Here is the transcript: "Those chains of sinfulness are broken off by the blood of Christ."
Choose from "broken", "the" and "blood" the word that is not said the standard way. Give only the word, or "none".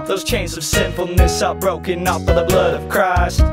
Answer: none